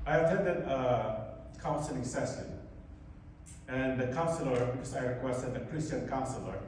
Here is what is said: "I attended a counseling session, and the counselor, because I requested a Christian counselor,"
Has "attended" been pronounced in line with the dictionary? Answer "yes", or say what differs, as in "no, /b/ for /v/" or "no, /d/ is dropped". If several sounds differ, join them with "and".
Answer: no, /n/ is dropped